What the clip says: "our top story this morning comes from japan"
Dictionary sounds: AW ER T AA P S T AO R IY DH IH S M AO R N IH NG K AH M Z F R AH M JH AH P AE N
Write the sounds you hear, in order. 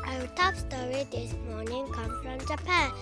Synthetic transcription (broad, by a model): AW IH T AA P S T AO R IY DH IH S M AO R N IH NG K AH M F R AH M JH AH P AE N